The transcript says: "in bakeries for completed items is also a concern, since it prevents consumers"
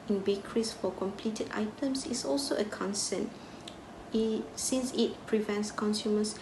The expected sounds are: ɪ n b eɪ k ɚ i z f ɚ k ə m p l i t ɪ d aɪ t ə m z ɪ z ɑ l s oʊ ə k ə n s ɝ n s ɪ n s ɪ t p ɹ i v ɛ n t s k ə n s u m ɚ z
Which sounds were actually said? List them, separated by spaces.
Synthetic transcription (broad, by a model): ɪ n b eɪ k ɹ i s f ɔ k ə m p l i t ɪ d aɪ t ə m s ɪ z ɑ l s oʊ ə k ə n s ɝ n s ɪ n s ɪ t p ɹ i v ɛ n t s k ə n s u m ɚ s